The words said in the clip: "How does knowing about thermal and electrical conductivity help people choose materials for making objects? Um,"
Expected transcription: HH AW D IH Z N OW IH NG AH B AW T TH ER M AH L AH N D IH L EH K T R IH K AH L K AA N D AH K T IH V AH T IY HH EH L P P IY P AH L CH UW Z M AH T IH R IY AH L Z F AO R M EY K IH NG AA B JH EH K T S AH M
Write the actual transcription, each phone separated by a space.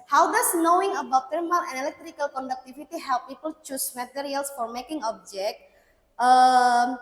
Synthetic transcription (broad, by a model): HH AW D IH S N OW IH NG AH B AW T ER M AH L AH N IH L EH K T R IH K AH L K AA N D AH K T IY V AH T IY HH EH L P P IY P AH L CH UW S M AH T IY R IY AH L S F AO R M EY K IH NG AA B JH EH K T AH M